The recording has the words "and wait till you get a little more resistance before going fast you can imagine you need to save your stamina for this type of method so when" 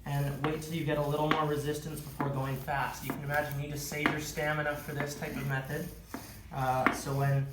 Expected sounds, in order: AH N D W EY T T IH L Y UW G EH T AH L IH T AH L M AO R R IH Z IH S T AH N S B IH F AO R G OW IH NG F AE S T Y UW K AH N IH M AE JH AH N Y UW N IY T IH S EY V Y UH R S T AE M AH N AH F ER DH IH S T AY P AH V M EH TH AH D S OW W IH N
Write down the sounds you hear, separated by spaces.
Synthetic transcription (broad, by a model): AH N W EY T T IH L Y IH G EH T AH L IH T L M AO R R IH Z IH S T AH N S B IH F AO R G OW IH NG F AE S T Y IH K AH N IH M AE JH AH N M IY T IH S EY V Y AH R S T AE M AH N AH F ER DH IH S T AY P AH V M EH TH AH D S OW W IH N